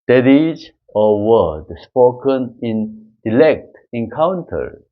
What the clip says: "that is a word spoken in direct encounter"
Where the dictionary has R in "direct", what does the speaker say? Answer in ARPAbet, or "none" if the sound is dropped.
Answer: L